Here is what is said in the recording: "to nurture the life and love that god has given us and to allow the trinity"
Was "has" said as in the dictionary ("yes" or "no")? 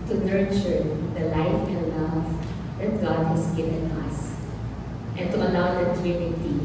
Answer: no